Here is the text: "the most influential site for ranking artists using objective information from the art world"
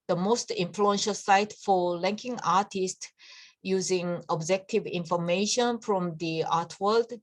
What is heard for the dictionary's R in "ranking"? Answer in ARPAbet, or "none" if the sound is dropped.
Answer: L